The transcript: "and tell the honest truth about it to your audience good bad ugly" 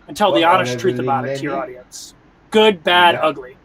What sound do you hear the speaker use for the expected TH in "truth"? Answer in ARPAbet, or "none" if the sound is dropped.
TH